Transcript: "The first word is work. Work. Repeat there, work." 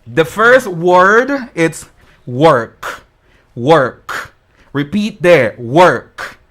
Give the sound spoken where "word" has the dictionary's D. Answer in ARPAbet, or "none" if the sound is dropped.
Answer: D